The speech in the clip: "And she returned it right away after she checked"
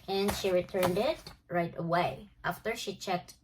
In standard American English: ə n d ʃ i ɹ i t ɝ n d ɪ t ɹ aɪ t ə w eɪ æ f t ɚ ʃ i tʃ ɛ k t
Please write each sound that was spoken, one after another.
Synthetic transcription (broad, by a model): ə n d ʃ i ɹ i t ɝ n d ɪ t ɹ aɪ t ə w eɪ æ f t ɚ ʃ i tʃ ɛ k t